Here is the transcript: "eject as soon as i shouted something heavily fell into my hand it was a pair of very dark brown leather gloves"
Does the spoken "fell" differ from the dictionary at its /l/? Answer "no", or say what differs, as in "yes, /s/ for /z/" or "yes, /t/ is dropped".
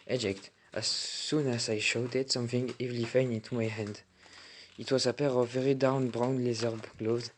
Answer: yes, /n/ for /l/